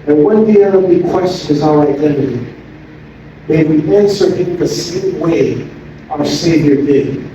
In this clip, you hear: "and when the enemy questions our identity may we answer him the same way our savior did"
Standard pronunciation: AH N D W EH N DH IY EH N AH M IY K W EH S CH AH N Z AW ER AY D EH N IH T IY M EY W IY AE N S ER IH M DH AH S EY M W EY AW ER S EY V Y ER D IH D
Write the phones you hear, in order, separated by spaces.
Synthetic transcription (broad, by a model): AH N W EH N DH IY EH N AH IY K W EH S CH AH N Z AW ER AY D EH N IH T IY M EY W IY AE N S ER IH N DH AH S EY M W EY AW ER S EY V Y ER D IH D